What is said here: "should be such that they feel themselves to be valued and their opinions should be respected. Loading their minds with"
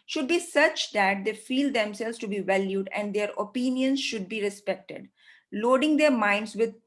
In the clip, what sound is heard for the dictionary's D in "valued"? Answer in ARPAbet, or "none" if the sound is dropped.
D